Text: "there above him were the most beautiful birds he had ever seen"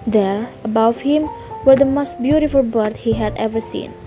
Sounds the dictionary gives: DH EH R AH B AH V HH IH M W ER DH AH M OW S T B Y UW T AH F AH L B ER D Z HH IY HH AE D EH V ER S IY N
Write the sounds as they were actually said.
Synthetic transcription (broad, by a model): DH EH R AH B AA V HH IH M W ER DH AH M OW S T B Y UW T AH F AH L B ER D HH IY HH AE D EH V ER S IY N